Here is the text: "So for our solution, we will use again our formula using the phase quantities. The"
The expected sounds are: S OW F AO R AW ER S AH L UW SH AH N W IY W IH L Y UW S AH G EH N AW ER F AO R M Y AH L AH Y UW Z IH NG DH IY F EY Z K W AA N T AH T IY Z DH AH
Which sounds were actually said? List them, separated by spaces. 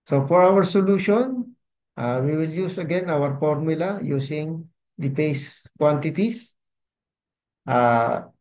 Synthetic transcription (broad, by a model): S OW F AO R AW ER S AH L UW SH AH N W IY W IH L Y UW S AH G EH N AW ER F AO R M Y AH L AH Y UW S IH NG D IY P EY S K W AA N T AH T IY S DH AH